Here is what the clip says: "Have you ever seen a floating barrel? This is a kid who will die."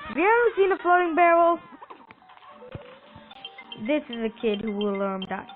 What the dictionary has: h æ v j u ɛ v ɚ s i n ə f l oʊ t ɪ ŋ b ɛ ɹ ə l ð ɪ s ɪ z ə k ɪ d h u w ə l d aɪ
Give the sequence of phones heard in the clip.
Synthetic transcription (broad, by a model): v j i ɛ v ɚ s i n ə f l oʊ t ɪ ŋ b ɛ ɹ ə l ð ɪ s ɪ z ə k ɪ d h u w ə l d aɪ